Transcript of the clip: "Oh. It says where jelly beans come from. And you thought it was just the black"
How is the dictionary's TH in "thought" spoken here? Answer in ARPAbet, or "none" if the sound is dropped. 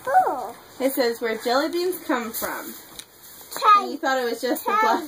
TH